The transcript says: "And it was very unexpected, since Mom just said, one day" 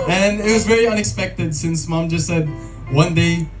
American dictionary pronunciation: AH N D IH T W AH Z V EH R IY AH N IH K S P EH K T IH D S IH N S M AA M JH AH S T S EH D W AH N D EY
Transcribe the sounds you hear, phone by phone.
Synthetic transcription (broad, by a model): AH N IH T W AH Z V EH R IY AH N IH K S P EH K T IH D S IH N S M AA M JH AH S T S EH D W AH N D EY